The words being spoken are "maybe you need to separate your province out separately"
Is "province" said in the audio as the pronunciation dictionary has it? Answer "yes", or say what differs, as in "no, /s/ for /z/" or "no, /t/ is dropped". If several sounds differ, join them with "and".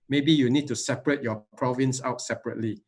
yes